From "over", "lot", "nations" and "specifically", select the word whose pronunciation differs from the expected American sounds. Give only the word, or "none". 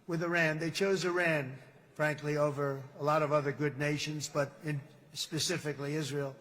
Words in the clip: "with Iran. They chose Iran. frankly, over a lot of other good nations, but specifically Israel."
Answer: none